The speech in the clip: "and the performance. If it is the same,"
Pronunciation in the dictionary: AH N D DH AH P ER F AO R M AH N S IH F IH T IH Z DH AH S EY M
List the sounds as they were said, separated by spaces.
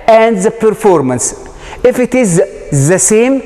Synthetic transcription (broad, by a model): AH N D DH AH P ER F AO R M AH N S IH F IH T IH Z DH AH S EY M